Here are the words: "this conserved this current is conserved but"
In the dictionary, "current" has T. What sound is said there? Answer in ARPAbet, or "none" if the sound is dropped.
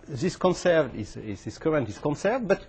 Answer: T